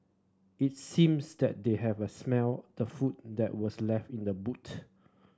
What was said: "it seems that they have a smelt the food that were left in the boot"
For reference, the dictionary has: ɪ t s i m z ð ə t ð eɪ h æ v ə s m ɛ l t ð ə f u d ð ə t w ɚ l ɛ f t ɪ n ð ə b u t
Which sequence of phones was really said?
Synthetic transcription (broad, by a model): ɪ t s i m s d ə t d eɪ h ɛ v ə s m ɛ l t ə f u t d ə t w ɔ l ɛ f t ɪ n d ə b u t